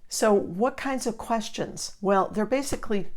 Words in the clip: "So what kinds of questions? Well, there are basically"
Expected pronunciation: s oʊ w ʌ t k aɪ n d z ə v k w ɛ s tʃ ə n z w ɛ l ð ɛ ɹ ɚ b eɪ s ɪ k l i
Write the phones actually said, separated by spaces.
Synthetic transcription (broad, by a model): s oʊ w ʌ t k aɪ n d z ə v k w ɛ s tʃ ə n z w ɛ l ð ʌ ɹ b eɪ s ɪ k l i